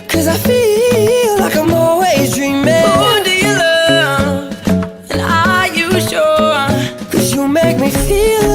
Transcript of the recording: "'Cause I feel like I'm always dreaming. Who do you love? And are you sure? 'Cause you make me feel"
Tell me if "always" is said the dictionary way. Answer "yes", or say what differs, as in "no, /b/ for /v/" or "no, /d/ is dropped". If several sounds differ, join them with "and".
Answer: no, /l/ is dropped